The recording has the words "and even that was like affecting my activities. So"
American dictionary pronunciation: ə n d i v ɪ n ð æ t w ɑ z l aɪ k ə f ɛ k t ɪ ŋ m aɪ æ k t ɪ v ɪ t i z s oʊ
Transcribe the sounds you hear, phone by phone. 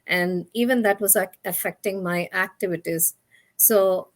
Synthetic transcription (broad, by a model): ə n d i v ɪ n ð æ t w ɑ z l aɪ k ə f ɛ k t ɪ ŋ m aɪ æ k t ɪ v ɪ t i z s oʊ